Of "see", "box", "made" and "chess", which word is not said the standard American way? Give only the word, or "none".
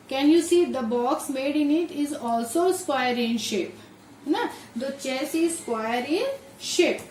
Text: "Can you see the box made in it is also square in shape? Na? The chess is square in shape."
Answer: none